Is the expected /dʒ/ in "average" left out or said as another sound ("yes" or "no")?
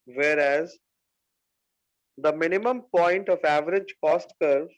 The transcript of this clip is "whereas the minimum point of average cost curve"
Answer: no